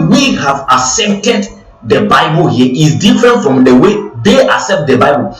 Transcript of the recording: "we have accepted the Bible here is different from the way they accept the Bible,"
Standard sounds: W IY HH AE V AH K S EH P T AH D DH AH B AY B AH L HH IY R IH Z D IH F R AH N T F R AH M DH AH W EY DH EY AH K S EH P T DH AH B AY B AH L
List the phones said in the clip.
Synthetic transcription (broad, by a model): W IY HH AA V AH S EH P T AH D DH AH B AY B AH L HH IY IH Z D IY F R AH N T F R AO M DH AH W EY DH EY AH S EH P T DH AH B AY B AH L